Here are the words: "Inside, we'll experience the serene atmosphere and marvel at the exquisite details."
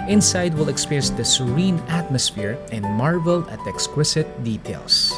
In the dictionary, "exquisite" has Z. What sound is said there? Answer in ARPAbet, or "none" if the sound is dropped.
S